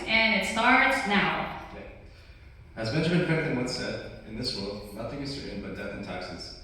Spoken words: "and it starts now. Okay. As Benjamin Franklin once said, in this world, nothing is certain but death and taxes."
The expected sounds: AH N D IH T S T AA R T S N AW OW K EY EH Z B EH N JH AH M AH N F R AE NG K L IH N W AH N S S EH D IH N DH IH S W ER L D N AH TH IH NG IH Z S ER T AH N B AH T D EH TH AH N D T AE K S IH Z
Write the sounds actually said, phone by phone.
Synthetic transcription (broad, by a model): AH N IH T S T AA R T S N AW OW K EY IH Z B EH N JH AH M AH N P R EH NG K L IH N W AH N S S EH D IH N DH IH S W ER L D N AH TH IH NG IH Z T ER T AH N B AH T D EH TH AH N T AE K S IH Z